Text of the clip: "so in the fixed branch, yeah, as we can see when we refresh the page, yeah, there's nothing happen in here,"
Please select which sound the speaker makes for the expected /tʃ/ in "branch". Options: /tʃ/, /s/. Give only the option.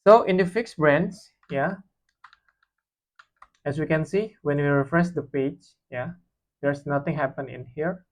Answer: /s/